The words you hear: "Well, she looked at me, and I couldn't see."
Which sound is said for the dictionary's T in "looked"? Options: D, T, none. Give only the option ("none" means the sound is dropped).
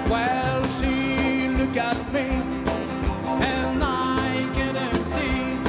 none